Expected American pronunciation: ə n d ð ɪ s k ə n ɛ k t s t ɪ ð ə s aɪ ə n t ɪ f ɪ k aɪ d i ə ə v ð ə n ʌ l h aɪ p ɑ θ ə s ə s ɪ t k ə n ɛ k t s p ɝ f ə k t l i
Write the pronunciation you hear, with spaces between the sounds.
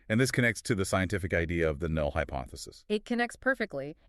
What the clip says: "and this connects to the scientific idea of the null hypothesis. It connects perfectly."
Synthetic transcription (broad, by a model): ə n ð ɪ s k ə n ɛ k t s t ɪ ð ə s aɪ ə n t ɪ f ɪ k aɪ d i ə ə v ð ə n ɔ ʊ h aɪ p ɑ θ ə s ə s ɪ t k ə n ɛ k t s p ɝ f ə k t l i